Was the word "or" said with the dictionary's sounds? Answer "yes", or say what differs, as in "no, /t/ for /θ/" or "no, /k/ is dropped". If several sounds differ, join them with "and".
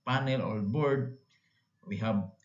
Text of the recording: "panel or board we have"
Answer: no, /l/ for /ɹ/